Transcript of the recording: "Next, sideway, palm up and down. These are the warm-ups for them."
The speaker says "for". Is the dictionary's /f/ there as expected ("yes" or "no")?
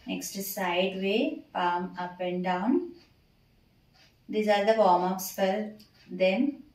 no